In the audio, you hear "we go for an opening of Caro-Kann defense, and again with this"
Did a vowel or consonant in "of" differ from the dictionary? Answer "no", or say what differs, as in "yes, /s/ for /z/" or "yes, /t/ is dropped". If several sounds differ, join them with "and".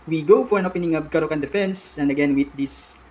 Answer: yes, /b/ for /v/